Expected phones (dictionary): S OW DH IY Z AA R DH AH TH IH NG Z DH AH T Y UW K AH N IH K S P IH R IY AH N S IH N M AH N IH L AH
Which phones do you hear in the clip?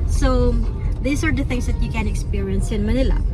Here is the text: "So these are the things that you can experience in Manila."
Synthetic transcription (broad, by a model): S OW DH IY S AA R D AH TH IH NG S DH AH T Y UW K AH N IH K S P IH R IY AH N S IH N M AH N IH L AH